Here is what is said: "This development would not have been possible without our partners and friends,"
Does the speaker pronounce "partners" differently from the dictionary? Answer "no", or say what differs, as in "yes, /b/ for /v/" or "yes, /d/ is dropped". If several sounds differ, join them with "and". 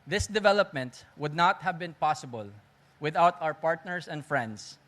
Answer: yes, /s/ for /z/